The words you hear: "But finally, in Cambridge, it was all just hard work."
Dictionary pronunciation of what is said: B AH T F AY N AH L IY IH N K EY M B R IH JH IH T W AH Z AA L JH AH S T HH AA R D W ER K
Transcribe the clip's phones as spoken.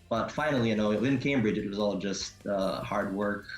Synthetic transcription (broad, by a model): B AH T F AY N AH W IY IH N K EY M B R IH JH IH T W AH Z AA L JH AH S T HH AA R D W ER K